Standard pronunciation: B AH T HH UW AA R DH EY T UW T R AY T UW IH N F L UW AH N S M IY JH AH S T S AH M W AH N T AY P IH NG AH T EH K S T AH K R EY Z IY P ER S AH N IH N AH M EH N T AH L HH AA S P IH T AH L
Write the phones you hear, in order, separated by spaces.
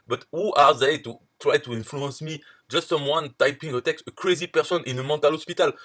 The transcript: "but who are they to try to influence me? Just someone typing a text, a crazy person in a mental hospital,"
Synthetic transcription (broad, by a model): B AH T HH UW AA R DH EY T UW T R AY T UW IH N F L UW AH N S M IY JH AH S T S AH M W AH N T AY P IH NG AH T EH K S T AH K R EY Z IY P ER S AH N IH N AH M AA T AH L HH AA S P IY T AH L